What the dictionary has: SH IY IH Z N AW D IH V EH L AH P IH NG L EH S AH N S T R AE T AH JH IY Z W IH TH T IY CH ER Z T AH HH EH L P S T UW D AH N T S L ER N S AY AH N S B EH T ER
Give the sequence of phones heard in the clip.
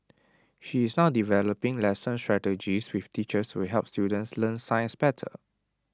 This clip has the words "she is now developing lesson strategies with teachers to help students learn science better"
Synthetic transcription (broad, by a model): SH IY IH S N AW D IH V EH L AH P IH NG L EH S AH N S T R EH T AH JH IY S W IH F T IY CH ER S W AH HH EH L P S T UW D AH N T S L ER N S AY AH N S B EH T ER